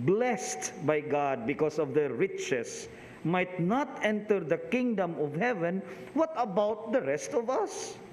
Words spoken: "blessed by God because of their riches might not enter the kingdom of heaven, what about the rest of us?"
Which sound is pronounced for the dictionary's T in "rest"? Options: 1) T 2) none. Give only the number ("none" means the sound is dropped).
1